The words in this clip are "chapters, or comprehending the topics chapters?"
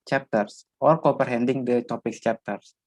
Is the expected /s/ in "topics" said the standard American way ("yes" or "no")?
no